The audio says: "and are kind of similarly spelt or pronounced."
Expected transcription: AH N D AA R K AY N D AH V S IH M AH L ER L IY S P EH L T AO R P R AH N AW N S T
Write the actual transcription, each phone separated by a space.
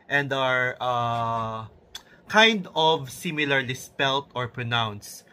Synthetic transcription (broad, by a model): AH N D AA R K AY N D AH V S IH M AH L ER L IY S P EH L T AO R P R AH N AW N S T